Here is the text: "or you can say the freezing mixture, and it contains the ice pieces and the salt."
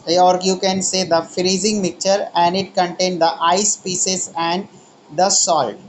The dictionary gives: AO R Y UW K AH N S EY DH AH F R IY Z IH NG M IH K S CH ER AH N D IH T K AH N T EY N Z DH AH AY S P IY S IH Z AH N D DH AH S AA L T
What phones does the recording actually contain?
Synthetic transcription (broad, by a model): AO R Y UW K AH N S EY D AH F R IY Z IH NG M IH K CH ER AH N D IH T K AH N T EY N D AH AY S P IY S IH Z AH N D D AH S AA L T